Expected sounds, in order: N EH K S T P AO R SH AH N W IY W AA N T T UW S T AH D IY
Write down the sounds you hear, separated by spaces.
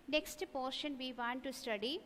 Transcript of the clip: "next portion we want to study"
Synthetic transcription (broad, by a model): N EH K S T P AO R SH AH N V IY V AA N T T UW S T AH D IY